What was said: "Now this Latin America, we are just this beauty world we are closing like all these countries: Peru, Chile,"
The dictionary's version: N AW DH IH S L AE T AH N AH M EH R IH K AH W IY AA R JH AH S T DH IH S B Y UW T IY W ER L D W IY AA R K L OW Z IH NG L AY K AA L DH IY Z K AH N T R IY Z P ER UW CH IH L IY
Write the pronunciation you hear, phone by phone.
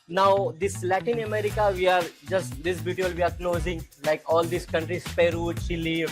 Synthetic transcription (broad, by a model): N AW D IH S L AE T AH N AH M EH R IH K AH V IY AA R JH AH S T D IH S B Y UW T IY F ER L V IY AA R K N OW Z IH NG L AY K AA L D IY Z K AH N T R IY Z P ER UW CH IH L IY